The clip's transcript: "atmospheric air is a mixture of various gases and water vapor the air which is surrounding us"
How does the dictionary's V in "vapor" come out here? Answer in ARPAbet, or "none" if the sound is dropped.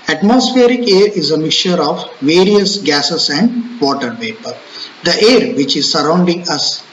P